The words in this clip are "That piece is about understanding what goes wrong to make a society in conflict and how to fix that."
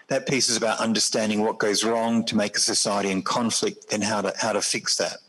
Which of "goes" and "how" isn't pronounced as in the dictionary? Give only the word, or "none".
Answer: none